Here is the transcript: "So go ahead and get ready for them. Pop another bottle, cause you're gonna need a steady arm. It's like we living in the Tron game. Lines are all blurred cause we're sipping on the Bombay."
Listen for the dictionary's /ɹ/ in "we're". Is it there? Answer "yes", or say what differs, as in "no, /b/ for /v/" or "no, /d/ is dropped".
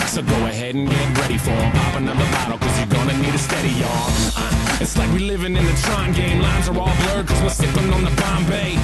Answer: no, /l/ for /ɹ/